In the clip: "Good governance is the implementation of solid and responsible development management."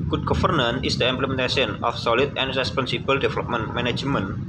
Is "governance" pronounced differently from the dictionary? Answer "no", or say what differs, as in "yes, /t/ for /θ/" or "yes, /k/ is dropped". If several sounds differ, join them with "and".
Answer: yes, /s/ is dropped